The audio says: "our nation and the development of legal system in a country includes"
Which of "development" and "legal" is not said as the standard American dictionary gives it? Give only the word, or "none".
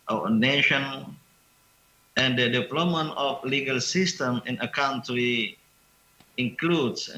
development